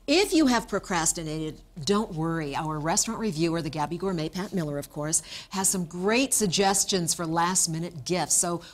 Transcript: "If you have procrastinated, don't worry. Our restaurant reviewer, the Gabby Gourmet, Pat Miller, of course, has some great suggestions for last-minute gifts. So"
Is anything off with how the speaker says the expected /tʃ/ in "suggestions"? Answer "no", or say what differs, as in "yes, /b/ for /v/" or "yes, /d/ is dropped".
no